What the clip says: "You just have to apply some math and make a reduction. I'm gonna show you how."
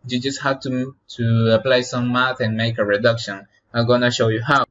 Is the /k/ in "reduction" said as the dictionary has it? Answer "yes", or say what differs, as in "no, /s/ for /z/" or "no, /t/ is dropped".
yes